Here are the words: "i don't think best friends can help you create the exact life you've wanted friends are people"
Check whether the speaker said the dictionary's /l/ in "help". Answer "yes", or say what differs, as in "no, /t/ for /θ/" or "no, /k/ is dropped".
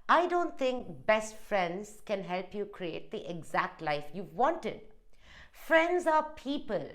yes